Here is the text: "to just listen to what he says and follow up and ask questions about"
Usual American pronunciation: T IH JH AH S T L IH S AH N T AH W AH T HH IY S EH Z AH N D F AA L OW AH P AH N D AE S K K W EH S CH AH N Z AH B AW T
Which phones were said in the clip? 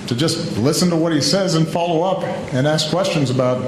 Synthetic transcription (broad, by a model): T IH JH AH S T L IH S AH N T AH W AH T HH IY S EH Z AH N F AA L OW AH P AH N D AE S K K W EH S CH AH N Z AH B AW T